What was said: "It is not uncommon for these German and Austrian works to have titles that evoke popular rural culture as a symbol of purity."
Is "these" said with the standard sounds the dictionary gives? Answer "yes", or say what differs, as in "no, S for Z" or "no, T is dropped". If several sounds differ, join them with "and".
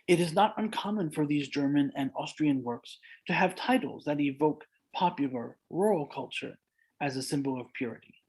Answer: yes